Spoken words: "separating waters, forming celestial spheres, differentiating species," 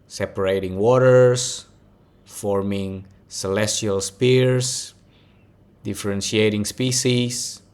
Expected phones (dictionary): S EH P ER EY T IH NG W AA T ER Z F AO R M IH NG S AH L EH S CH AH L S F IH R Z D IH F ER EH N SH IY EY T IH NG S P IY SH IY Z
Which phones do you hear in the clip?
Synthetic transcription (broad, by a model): S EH P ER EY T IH NG W AA T ER S F AO R M IH NG S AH L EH S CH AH L S P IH R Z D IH F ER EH N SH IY EY T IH NG S P IY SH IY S